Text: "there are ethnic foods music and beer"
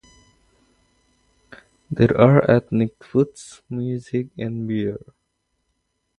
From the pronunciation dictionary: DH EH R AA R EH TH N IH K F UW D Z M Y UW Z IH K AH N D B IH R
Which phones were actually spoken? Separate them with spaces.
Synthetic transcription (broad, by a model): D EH R AA R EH T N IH K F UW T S M Y UW Z IH K AH N D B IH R